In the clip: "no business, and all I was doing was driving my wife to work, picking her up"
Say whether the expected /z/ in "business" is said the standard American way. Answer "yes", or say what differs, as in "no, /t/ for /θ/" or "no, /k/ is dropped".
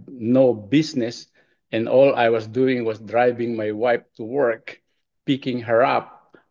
no, /s/ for /z/